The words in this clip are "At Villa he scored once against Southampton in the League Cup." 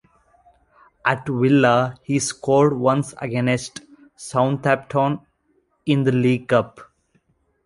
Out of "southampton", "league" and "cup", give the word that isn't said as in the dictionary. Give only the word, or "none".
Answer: southampton